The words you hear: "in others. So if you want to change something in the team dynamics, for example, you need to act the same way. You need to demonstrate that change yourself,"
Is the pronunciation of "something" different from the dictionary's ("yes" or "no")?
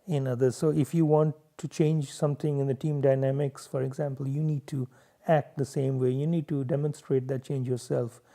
yes